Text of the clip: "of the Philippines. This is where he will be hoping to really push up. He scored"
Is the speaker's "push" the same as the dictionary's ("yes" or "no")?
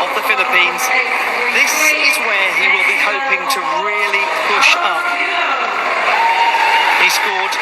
yes